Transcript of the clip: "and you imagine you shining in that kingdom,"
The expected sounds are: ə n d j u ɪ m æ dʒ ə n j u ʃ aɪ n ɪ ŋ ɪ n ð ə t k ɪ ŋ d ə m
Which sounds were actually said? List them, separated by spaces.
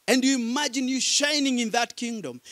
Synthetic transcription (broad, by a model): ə n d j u ɪ m æ dʒ ə n j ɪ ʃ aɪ n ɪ ŋ ɪ n ð ə t k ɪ ŋ d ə m